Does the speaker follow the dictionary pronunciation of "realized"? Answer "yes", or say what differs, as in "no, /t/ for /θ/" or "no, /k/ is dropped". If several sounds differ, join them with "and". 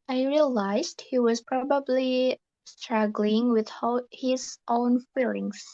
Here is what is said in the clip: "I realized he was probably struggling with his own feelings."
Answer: yes